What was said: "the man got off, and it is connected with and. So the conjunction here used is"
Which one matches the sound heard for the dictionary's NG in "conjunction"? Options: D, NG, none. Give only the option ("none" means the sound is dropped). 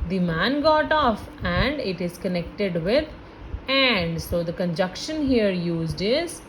none